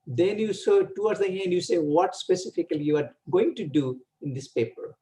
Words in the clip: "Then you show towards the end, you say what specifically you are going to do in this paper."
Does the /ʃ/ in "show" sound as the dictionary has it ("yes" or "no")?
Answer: no